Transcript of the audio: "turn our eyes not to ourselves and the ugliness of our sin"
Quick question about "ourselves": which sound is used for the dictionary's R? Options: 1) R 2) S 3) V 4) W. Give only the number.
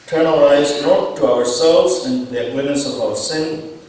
1